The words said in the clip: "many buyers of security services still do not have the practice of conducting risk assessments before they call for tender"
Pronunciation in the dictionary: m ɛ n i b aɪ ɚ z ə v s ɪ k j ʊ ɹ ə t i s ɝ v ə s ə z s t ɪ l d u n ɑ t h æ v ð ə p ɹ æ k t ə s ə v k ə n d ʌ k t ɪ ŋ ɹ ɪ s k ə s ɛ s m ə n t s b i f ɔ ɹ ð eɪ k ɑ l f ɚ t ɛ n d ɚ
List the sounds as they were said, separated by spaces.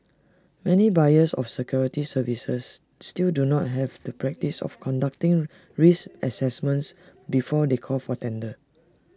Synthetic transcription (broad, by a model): m ɛ n i b aɪ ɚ s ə f s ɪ k j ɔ ɹ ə t i s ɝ v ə s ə s t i l d u n ɑ t h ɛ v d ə p ɹ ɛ k t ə s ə f k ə n d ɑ k t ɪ ŋ ɹ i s ə s ɛ s m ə n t s b i f ɔ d eɪ k ɑ l f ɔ t ɛ n d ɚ